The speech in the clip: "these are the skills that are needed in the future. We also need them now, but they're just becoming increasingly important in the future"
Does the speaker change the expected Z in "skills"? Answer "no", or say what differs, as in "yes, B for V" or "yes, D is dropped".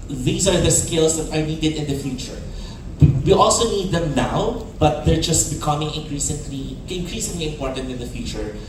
yes, S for Z